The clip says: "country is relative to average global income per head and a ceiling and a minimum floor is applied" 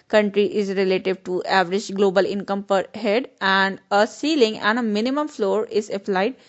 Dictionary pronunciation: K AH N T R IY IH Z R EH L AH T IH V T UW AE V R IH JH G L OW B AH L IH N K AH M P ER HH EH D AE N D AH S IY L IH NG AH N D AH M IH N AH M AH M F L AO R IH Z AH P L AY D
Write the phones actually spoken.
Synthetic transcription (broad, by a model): K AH N T R IY IH Z R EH L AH T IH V T UW AE V R IH JH G L OW B AH L IH N K AH M P ER HH EH D AE N D AH S IY L IH NG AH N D AH M IH N AH M AH M F L AO R IH Z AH P L AY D